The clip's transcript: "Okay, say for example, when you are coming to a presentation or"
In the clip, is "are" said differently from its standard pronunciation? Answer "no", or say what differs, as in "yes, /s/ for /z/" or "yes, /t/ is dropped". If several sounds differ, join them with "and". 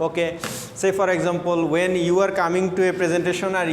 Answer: no